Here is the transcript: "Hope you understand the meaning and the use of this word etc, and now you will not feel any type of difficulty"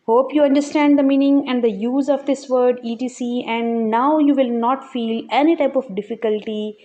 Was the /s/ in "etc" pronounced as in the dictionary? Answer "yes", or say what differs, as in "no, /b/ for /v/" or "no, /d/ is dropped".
no, /s/ is dropped